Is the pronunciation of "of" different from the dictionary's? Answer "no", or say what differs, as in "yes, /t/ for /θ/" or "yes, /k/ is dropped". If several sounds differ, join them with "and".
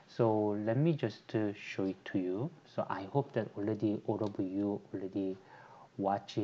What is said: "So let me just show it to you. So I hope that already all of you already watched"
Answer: yes, /b/ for /v/